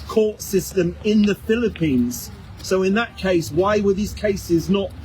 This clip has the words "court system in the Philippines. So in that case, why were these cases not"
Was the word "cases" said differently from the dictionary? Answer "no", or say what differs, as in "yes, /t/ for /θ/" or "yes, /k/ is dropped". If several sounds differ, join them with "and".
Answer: no